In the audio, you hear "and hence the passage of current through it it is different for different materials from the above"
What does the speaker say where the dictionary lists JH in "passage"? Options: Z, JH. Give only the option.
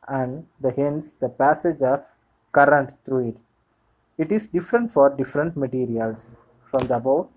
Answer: JH